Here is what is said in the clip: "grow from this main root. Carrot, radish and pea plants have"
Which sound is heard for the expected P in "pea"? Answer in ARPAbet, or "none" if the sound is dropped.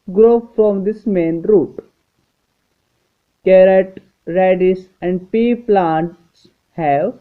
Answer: P